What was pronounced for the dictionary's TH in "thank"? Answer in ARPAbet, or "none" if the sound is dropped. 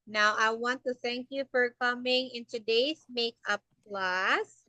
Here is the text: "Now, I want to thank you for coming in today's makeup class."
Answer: TH